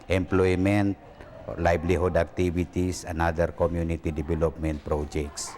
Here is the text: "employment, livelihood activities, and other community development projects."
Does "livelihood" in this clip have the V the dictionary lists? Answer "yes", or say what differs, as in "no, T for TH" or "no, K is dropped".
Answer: no, B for V